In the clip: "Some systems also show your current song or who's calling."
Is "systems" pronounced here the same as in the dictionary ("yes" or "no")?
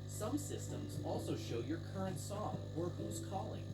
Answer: yes